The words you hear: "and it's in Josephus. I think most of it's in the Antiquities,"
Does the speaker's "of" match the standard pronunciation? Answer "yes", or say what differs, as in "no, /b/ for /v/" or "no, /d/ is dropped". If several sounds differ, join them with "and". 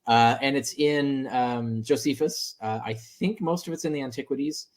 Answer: yes